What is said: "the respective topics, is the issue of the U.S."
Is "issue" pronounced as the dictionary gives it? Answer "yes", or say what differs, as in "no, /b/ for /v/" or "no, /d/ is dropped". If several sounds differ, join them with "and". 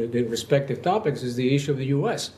yes